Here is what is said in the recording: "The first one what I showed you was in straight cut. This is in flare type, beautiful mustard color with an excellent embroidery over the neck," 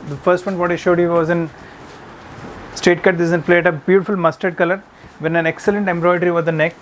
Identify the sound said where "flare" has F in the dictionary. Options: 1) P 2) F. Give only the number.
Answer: 1